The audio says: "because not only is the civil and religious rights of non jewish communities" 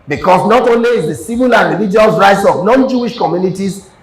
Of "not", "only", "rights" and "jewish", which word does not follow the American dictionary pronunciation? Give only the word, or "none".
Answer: none